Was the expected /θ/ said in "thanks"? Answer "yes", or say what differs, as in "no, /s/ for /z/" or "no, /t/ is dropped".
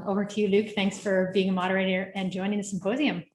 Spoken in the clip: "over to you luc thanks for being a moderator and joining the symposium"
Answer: yes